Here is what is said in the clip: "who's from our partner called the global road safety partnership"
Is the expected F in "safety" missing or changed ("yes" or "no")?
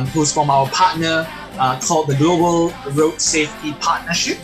no